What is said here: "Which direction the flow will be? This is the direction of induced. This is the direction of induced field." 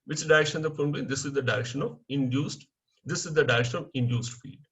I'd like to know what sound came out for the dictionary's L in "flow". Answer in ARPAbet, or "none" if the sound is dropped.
none